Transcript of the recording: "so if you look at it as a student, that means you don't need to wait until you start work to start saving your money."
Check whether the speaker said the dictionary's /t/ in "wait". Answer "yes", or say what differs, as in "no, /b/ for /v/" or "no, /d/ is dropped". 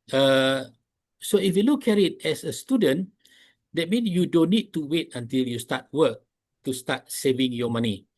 yes